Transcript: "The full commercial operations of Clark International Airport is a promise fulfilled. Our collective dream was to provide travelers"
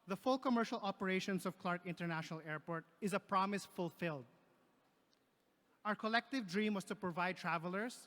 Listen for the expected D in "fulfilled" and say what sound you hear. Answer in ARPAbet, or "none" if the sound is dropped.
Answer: D